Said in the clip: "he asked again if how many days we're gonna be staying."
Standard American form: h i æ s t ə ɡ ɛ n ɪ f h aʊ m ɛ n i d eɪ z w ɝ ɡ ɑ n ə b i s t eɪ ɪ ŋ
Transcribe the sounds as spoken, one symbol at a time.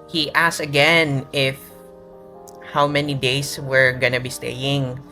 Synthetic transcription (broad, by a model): h i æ s ə ɡ ɛ n ɪ f h aʊ m ɛ n i d eɪ s w ɝ ɡ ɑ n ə b i s t eɪ ɪ ŋ